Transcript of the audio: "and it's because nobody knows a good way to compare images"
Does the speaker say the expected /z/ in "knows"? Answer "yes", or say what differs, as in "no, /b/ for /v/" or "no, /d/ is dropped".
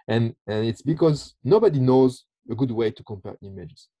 yes